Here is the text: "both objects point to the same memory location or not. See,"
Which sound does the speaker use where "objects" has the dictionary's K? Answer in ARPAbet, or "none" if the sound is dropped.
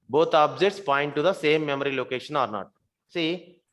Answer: none